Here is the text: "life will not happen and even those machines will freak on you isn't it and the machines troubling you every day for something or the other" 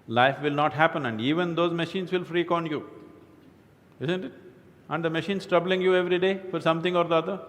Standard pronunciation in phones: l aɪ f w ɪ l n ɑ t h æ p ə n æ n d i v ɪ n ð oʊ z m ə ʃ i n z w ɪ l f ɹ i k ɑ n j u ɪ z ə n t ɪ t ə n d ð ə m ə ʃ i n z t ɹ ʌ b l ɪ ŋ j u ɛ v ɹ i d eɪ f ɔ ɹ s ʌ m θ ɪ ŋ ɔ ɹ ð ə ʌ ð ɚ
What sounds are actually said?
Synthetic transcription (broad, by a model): l aɪ f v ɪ l n ɑ t h æ p ə n æ n d i v ɪ n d oʊ z m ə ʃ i n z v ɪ l f ɹ i k ɑ n j u ɪ z ə n t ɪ t ə n d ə m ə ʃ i n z t ɹ ʌ b l ɪ ŋ j u ɛ v ɹ i d eɪ f ɔ ɹ s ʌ m t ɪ ŋ ɔ ɹ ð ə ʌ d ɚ